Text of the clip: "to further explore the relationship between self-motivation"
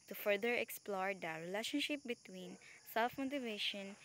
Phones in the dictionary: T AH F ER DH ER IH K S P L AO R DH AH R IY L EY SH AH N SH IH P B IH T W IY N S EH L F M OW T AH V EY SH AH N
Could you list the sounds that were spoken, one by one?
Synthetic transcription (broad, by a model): T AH F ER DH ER IH K S P L AO R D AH R IY L EY SH AH N SH IH P B IH T W IY N S EH L F M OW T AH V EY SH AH N